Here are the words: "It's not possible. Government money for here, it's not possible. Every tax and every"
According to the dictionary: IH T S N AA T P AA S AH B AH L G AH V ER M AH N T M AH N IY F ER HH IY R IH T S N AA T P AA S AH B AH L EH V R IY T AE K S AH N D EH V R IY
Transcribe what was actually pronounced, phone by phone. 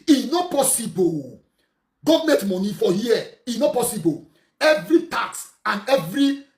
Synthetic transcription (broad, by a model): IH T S N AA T P AA S AH B AH L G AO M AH T M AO N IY F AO HH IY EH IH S N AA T P AA S AH B AH L EH V R IY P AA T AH N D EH V R IY